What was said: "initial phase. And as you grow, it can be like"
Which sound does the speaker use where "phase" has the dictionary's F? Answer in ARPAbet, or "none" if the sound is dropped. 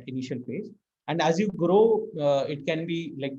P